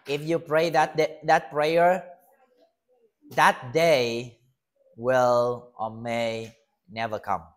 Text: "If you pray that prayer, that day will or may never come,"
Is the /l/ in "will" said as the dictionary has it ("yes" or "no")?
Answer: yes